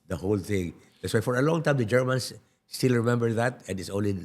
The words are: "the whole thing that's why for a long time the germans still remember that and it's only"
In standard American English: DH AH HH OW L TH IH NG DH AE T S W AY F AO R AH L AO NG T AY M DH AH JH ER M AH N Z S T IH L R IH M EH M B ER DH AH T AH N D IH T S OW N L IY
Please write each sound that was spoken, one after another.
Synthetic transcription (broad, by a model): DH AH HH OW L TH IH NG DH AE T S W AY F AO R AH L AO NG T AY M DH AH JH ER M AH N S T IH L R IH M EH M B ER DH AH T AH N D IH T S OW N L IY